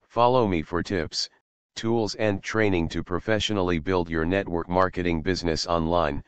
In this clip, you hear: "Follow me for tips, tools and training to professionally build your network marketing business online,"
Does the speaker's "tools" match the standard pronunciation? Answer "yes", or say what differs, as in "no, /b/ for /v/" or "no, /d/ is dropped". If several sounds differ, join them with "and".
yes